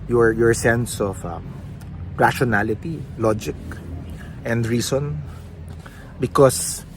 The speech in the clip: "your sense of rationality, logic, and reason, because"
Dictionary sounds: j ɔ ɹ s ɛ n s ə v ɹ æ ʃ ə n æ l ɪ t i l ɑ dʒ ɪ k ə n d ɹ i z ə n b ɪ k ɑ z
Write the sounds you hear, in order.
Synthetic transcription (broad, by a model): j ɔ ɹ s ɛ n s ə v ɹ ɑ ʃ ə n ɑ l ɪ t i l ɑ dʒ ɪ k ə n d ɹ i s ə n b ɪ k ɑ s